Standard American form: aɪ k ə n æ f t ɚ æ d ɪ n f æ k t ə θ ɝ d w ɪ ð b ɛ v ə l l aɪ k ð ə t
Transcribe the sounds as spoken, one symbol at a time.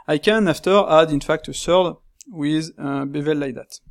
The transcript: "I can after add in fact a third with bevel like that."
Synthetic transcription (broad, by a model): aɪ k ə n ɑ f t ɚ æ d ɪ n f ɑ k t ə s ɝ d w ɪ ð b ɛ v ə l l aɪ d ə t